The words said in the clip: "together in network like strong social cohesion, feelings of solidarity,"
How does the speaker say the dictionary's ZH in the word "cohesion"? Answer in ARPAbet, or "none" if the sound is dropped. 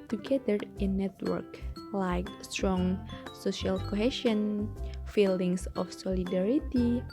SH